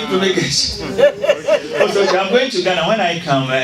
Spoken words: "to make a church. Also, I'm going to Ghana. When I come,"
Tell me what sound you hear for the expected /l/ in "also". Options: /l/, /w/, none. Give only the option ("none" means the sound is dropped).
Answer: none